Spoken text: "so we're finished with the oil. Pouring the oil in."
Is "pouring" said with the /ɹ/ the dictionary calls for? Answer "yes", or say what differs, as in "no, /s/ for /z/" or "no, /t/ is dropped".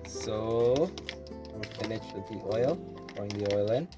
no, /ɹ/ is dropped